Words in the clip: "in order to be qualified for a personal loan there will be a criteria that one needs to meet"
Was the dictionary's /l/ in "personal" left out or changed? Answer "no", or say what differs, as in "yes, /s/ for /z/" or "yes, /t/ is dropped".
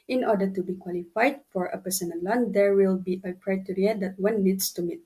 yes, /n/ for /l/